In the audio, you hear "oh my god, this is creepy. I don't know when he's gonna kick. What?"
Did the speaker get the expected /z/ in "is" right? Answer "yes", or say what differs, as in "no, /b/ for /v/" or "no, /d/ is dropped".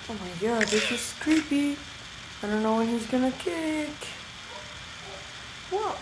no, /s/ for /z/